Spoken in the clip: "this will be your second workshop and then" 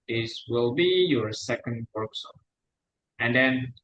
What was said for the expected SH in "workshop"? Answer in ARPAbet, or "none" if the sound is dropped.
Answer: S